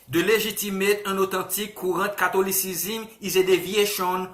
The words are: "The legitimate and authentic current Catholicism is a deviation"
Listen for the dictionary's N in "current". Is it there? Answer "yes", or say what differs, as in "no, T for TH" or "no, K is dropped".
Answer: no, N is dropped